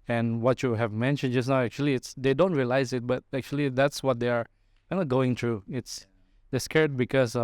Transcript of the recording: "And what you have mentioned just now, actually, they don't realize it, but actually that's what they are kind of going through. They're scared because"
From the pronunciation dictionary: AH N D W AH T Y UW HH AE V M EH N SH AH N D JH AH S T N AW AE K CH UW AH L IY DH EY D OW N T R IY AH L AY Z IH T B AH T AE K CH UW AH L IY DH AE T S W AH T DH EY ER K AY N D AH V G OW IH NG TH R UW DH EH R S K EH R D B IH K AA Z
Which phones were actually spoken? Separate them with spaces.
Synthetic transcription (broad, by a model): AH N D W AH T Y UW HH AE V M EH N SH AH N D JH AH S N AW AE K CH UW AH L IY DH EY D OW N T R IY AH L AY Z IH T B AH T AE K CH UW AH L IY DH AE T S W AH T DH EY ER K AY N AH G OW IH NG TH R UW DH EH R S K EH R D B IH K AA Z